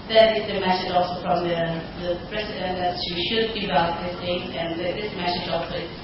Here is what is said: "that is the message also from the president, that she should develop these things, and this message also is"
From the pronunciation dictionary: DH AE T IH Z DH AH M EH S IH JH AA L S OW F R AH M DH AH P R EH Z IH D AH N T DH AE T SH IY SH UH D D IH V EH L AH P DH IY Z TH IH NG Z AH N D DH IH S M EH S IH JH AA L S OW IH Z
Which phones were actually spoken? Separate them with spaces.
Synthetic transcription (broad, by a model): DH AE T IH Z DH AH M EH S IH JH AA L S OW F R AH M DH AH P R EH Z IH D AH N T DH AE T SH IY SH UH D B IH B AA AH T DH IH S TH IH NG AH N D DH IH S M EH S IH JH AA L S OW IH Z